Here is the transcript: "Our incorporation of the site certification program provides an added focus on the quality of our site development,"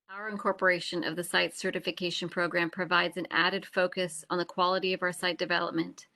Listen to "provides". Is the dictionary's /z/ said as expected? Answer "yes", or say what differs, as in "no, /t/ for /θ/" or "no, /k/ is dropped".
yes